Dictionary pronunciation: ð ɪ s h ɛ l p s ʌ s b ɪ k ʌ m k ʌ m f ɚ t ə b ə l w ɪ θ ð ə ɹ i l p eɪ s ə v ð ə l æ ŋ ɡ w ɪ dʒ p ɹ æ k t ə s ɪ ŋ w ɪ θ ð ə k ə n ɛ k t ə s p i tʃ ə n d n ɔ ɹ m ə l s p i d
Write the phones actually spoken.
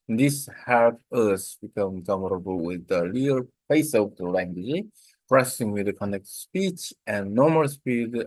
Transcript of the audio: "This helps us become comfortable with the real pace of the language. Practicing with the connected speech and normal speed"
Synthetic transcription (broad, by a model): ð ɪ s h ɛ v ʌ s b ɪ k ʌ m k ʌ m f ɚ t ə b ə l w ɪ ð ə l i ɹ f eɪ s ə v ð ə l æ ŋ ɡ w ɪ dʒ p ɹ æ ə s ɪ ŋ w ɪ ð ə k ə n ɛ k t s p i tʃ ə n n ɔ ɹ m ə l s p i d